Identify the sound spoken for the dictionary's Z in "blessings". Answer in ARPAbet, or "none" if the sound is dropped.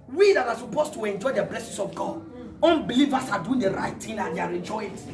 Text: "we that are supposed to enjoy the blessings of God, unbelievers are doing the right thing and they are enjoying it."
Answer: S